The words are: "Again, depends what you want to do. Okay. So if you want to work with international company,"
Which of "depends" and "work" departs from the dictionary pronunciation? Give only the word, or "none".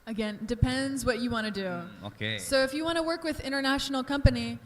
none